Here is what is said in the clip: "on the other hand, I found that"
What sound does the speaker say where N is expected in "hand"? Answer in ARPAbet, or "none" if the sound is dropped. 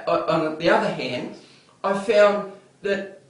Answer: N